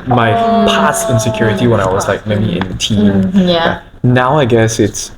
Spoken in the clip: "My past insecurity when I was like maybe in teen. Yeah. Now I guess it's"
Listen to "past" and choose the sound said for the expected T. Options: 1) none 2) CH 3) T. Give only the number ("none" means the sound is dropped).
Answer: 1